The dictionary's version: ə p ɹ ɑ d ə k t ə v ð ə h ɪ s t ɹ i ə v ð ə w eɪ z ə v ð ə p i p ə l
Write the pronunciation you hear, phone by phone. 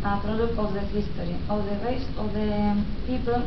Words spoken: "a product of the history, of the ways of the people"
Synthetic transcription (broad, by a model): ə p ɹ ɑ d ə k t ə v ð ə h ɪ s t ɹ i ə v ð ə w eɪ s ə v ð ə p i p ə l